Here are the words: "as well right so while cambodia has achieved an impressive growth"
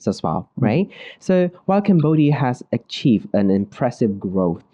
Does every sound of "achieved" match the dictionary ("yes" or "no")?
yes